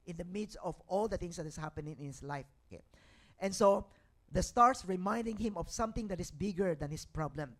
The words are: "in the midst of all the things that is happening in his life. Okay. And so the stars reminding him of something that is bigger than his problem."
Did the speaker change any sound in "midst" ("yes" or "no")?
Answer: no